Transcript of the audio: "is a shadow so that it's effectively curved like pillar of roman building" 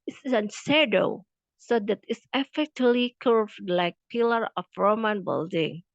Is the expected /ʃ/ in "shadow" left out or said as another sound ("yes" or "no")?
yes